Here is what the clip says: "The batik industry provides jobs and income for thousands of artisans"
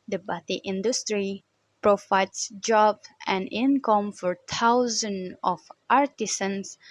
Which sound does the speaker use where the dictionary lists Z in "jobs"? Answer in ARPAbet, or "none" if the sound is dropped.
none